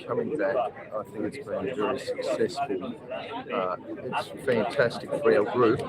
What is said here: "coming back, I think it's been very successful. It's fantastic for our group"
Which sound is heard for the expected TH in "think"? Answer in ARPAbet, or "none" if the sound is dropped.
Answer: TH